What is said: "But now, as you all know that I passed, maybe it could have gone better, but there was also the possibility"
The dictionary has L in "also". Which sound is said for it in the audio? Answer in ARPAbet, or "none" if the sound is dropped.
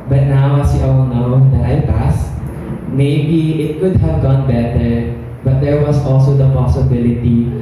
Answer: L